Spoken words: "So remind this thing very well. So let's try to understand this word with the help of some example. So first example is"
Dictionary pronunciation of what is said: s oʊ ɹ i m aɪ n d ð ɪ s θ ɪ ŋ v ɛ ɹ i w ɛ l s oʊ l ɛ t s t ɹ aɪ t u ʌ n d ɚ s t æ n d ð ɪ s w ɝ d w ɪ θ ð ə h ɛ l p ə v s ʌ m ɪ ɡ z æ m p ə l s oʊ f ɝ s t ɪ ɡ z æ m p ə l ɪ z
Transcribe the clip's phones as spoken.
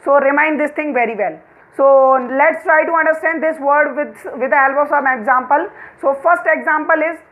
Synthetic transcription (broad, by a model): s oʊ ɹ i m aɪ n d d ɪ s t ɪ ŋ v ɛ ɹ i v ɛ l s oʊ l ɛ t s t ɹ aɪ t u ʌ n d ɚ s t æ n d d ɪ s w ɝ d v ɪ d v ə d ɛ l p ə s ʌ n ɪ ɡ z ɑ m p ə l s oʊ f ɝ s t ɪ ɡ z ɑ m p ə l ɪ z